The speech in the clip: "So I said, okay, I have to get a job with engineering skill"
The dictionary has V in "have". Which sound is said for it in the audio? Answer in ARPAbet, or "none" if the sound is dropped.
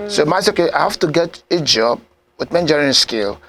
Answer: F